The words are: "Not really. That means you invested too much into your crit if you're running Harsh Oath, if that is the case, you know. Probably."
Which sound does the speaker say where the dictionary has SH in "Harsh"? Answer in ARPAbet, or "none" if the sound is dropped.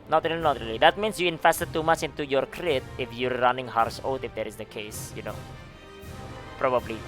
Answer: S